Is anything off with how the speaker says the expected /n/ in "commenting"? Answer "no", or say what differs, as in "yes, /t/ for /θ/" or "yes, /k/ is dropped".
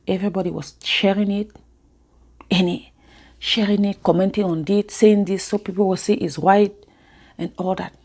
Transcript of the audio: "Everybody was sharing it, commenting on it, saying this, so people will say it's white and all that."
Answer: no